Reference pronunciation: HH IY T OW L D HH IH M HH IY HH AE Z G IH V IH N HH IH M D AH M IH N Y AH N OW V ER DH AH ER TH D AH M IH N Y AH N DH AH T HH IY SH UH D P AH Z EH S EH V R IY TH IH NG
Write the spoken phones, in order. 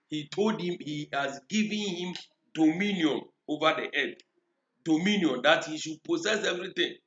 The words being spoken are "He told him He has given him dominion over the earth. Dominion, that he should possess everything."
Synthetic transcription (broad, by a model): HH IY T OW L D HH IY M HH IY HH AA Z G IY V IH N HH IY M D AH M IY N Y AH N OW V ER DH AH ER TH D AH M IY N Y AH N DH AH T HH IY SH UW D P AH S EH S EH V R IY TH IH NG